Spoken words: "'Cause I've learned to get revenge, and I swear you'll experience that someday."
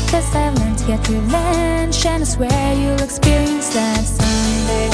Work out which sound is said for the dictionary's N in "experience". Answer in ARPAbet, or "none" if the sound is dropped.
N